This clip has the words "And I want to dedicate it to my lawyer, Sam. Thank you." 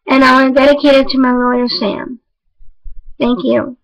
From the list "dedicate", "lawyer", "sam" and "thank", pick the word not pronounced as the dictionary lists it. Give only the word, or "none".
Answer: none